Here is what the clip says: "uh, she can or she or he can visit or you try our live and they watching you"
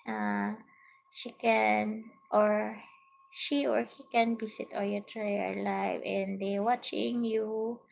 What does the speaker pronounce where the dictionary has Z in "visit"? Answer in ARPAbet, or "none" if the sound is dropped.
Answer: S